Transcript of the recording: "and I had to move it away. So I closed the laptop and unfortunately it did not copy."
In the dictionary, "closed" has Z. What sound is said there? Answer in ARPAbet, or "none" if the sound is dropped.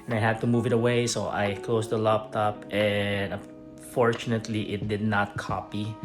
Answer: S